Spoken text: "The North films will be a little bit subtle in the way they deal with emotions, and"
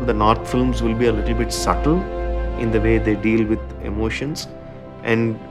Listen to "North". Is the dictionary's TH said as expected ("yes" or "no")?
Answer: no